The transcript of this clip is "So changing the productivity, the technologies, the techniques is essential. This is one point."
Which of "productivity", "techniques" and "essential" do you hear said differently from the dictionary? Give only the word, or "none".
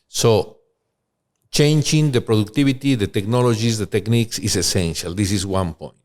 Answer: productivity